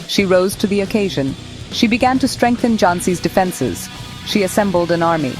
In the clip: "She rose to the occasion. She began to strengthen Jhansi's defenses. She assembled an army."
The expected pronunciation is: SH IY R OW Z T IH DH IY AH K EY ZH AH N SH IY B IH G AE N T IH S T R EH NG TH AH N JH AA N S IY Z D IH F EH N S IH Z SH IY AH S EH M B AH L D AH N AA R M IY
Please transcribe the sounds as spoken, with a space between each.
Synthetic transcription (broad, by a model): SH IY R OW Z T IH DH IY AH K EY ZH AH N SH IY B IH G AE N T IH S T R EH NG TH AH N JH AA N S IY Z D IH F EH N S IH Z SH IY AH S EH M B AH L D AH N AA R M IY